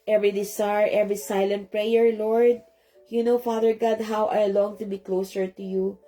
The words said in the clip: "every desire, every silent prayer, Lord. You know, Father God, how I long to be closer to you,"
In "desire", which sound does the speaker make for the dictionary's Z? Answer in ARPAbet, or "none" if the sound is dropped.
S